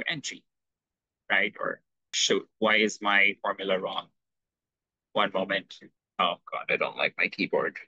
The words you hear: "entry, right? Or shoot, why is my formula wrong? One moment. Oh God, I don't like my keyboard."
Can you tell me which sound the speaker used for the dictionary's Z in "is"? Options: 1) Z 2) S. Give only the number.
1